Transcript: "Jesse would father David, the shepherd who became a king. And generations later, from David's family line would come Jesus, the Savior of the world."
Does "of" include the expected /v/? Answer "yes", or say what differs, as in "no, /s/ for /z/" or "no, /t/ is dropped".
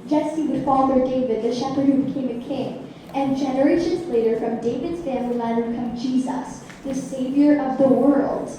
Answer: yes